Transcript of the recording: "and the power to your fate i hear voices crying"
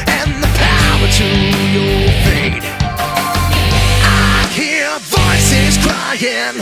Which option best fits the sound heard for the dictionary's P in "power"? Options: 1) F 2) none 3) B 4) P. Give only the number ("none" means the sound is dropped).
4